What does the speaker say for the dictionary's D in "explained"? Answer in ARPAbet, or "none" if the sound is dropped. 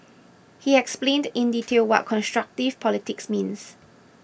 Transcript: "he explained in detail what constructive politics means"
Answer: D